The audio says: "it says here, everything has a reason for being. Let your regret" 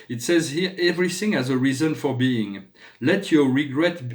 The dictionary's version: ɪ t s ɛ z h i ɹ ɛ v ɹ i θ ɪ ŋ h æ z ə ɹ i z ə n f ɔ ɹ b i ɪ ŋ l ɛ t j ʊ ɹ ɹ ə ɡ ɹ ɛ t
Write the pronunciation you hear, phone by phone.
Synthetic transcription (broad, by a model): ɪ t s ɛ z h i ɹ ɛ v ɹ i θ ɪ ŋ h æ z ə ɹ i z ə n f ɔ ɹ b i ɪ ŋ l ɛ t j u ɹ ɹ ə ɡ ɹ ɛ t